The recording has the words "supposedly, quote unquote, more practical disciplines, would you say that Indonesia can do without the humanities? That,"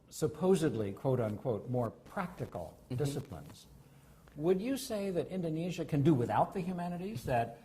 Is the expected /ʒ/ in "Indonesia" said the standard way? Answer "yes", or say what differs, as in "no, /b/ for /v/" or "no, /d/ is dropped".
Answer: yes